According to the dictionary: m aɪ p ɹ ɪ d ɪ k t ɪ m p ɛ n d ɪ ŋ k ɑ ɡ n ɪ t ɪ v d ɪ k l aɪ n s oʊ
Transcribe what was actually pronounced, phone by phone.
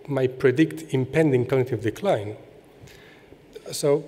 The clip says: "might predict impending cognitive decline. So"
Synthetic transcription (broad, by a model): m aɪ p ɹ ɪ d ɪ k t ɪ m p ɛ n d ɪ ŋ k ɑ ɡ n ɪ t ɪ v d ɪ k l aɪ n s oʊ